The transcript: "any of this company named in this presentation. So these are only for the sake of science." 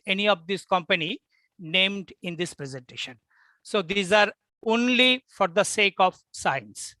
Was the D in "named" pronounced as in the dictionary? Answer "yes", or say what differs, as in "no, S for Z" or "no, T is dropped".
yes